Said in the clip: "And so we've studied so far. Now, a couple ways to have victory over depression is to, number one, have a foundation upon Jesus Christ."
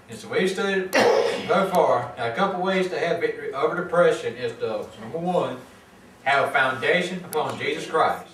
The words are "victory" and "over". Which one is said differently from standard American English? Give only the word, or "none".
victory